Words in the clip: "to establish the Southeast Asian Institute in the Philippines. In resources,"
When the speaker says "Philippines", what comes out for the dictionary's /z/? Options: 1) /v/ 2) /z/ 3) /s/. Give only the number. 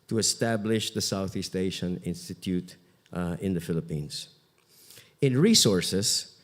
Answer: 3